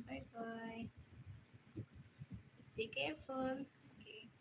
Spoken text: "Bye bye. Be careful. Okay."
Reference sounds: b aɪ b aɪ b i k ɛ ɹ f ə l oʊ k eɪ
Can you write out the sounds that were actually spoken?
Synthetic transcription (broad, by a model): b aɪ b aɪ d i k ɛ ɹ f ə n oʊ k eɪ